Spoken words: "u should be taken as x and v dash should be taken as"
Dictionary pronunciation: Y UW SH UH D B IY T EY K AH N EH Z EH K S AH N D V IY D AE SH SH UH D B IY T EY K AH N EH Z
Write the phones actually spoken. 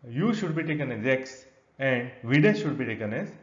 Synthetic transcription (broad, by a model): Y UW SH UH D B IY T EY K AH N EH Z EH K S AH N D V IY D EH S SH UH D B IY T EY K AH N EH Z